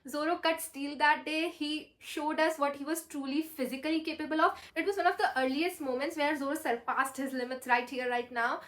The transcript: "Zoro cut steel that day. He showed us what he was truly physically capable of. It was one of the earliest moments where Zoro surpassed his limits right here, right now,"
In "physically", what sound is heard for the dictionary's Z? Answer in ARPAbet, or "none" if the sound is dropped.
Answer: Z